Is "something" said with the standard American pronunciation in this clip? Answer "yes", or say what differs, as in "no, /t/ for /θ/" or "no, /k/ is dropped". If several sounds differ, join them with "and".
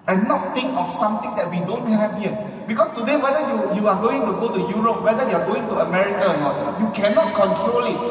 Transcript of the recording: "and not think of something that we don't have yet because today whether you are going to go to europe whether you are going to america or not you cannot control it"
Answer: no, /t/ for /θ/